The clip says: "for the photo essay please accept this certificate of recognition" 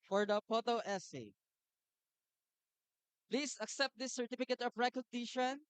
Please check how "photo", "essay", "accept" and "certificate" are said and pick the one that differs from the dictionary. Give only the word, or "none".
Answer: photo